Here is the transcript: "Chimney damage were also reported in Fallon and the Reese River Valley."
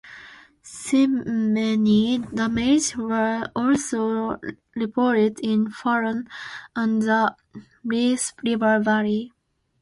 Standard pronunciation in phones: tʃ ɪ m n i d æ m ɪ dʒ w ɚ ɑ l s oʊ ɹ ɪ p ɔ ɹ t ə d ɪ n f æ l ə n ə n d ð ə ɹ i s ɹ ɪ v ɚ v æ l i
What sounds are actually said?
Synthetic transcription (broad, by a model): s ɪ m n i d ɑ m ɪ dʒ w ɚ ɑ l s oʊ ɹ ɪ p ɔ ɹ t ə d ɪ n f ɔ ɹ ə n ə n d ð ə ɹ i s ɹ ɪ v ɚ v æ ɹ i